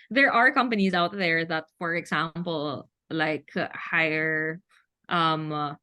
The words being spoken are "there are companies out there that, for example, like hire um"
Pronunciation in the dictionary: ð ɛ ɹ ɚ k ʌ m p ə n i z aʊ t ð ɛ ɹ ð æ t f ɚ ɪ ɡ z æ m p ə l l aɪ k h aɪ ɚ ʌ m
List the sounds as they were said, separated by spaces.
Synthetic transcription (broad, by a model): ð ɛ ɹ ɚ k ʌ m p ə n i z aʊ t ð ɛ ɹ ð æ t f ɚ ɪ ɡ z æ m p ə l l aɪ k h aɪ ɚ ʌ m